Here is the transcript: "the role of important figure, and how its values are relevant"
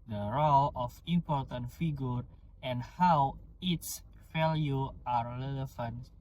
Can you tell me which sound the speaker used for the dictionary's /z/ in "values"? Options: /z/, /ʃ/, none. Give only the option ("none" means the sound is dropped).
none